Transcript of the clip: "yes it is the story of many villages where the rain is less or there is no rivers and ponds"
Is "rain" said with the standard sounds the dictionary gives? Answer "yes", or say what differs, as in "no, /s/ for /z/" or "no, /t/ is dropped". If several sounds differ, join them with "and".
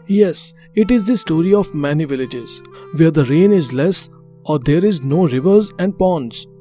yes